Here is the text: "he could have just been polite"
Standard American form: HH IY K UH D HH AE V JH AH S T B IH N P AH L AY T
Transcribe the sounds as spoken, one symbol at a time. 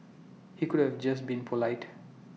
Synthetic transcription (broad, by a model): HH IY K UH D HH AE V JH AH S T B IH N P AH L AY T